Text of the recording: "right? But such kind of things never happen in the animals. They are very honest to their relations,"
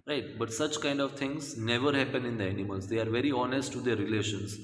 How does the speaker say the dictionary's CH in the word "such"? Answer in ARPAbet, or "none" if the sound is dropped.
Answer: CH